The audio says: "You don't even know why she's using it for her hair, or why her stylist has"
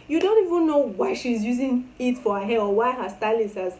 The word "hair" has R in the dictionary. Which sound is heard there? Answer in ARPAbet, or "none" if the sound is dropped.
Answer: L